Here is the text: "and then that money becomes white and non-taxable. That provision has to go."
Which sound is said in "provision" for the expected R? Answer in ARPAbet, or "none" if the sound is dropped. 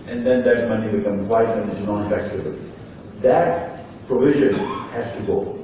R